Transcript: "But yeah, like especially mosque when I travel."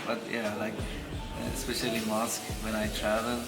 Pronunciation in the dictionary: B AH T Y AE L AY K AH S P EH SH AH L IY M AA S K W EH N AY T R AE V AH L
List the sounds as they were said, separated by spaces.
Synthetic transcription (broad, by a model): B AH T Y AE L AY K AH S P EH SH AH L IY M AA S K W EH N AY T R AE V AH L